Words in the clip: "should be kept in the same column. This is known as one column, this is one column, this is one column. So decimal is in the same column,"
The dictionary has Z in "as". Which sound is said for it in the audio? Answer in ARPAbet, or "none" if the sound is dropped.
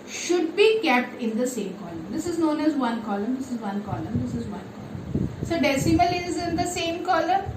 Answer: Z